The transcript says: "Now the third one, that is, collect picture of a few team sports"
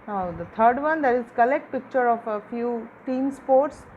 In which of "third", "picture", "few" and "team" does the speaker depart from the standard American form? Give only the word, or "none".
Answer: third